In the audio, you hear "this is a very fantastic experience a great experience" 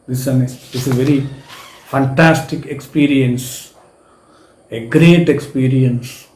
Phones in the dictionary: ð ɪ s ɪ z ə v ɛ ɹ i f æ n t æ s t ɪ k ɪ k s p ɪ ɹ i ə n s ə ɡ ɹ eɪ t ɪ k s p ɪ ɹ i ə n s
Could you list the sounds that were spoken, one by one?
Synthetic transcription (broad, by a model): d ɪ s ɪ s ə v ɛ ɹ i f æ n t æ s t ɪ k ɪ k s p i ɹ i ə n s ə ɡ ɹ eɪ t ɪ k s p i ɹ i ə n s